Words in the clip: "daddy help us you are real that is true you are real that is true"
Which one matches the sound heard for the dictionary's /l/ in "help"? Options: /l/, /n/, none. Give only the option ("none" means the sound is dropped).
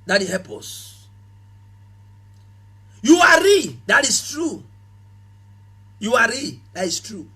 none